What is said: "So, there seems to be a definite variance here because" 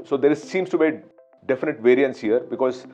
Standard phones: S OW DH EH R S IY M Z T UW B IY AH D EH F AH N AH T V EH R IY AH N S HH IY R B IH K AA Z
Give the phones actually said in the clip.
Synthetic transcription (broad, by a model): S OW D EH R S IY M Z T UW B IY D EH F AH N AH T V EH R IY AH N S HH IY R B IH K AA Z